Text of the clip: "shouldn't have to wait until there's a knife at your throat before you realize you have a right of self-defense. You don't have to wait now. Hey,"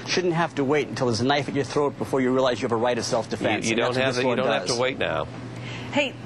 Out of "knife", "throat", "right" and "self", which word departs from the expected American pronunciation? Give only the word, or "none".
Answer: none